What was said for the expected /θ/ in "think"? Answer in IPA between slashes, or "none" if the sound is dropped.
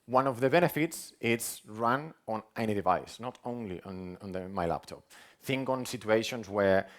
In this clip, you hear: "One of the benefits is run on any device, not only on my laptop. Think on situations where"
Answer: /θ/